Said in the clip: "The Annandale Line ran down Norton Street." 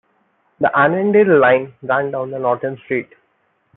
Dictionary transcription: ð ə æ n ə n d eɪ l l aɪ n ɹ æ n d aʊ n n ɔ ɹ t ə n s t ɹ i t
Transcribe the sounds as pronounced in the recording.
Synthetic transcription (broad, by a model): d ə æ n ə n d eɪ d l aɪ n ɹ æ n d aʊ n n ɔ ɹ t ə n s t ɹ i t